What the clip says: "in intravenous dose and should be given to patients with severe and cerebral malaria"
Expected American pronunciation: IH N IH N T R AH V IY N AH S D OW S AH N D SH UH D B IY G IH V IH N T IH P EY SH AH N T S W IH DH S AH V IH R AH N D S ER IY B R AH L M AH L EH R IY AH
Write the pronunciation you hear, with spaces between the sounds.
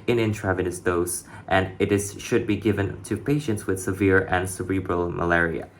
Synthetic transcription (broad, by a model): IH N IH N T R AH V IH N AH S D OW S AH N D SH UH D B IY G IH V IH N T IH P EY SH AH N T S W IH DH S AH V IH R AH N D S ER IY B R AH L M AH L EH R IY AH